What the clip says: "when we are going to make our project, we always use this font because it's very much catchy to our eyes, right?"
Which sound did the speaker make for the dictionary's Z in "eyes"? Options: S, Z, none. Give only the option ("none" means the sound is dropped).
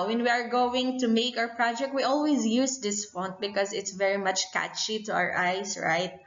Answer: S